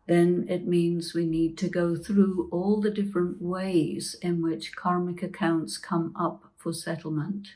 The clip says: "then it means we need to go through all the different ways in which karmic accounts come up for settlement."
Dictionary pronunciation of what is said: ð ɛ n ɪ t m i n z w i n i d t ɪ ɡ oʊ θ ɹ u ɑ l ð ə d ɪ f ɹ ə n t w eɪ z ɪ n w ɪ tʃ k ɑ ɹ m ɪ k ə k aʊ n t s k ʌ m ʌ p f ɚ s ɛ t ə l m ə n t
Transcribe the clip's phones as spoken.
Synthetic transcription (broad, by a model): ð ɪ n ɪ t m i n z w i n i d t ɪ ɡ oʊ θ ɹ u ɑ l ð ə d ɪ f ɹ ə n t w eɪ z ɪ n w ɪ tʃ k ɑ ɹ m ɪ k ə k aʊ n t s k ʌ m ʌ p f ɚ s ɛ t l m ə n t